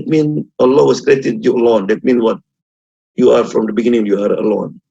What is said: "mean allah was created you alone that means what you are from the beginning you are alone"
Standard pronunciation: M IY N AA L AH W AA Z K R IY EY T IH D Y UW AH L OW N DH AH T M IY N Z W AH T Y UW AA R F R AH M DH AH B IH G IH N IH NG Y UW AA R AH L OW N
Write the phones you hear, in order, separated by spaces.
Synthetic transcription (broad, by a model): M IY N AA L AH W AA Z K R IY EY T IH D Y UW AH L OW N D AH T M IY N W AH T Y UW AA R F R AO M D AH B IH G IH N IH NG Y UW AA R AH L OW N